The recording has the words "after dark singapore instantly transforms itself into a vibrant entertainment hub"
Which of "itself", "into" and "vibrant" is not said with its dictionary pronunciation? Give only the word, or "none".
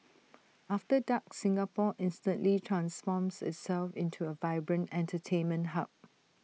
none